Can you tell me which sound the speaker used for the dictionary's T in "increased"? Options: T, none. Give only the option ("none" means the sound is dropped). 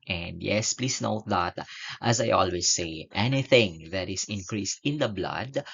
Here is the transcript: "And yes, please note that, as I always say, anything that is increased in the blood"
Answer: T